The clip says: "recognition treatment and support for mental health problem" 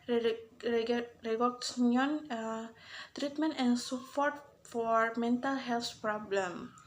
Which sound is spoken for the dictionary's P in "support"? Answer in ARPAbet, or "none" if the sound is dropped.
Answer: F